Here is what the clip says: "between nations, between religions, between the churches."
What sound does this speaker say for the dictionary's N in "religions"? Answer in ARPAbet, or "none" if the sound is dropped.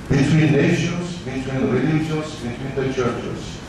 L